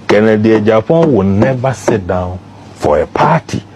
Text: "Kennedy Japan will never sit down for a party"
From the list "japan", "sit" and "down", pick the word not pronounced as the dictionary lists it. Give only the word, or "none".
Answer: japan